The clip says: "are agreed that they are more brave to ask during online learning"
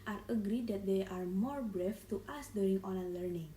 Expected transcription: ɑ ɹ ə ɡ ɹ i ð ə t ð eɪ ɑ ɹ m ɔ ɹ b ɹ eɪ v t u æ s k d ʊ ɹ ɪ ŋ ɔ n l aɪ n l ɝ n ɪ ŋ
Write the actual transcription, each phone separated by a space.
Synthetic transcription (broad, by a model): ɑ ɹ ə ɡ ɹ i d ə t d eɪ ɑ ɹ m ɔ ɹ b ɹ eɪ f t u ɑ s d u ɹ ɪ ŋ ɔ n aɪ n l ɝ n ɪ ŋ